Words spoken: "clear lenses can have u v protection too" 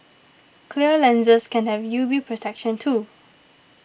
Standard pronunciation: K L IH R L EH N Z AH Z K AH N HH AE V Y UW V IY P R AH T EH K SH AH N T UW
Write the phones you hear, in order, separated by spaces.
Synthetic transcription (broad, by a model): K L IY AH L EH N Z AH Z K AH N HH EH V Y UW B IY P R AH T EH K SH AH N T UW